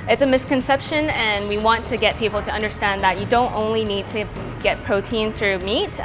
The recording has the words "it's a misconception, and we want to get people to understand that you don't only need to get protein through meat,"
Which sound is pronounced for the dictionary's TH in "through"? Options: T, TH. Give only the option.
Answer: TH